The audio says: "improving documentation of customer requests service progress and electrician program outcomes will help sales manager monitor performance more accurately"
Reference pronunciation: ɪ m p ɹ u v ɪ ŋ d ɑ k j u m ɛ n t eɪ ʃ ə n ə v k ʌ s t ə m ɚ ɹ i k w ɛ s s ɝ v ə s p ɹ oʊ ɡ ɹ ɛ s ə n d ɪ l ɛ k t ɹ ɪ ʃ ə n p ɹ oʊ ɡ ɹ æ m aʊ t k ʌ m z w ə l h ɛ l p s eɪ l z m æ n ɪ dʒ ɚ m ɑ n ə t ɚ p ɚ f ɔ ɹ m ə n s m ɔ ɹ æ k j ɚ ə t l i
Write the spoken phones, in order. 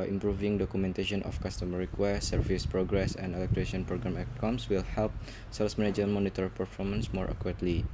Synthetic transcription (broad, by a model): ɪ m p ɹ u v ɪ ŋ d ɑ k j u m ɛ n t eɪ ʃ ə n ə f k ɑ s t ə m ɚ ɹ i k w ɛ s s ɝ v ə s p ɹ oʊ ɡ ɹ ɛ s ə n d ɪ l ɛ k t ɹ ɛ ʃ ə n p ɹ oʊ ɡ ɹ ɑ m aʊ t k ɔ m s w ə l h ɛ l p s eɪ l s m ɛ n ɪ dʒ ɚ m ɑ n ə t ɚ p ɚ f ɔ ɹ m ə n s m ɔ ɹ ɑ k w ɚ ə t l i